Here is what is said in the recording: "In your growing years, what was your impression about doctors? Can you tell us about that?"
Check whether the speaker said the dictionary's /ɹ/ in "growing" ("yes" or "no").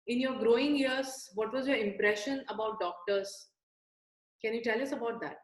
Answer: yes